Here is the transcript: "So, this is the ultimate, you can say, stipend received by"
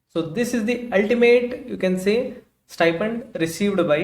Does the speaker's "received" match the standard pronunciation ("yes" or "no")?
yes